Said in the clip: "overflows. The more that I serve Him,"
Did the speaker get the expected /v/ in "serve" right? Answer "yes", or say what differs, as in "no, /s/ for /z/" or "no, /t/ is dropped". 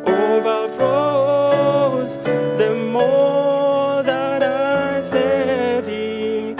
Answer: no, /v/ is dropped